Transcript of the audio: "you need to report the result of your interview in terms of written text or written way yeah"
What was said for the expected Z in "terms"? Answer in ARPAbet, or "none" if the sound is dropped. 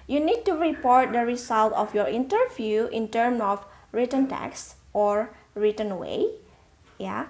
none